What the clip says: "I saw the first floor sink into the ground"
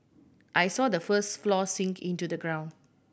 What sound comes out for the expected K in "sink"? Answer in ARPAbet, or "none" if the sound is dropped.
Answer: K